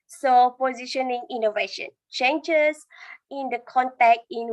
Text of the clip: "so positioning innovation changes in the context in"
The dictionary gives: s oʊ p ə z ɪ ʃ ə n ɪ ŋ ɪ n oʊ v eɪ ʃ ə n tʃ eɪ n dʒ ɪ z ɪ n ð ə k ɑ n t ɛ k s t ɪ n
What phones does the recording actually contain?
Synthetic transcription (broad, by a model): s oʊ p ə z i ʃ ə n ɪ ŋ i n oʊ v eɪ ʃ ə n tʃ eɪ n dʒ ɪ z ɪ n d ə k ɑ n t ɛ k t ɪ n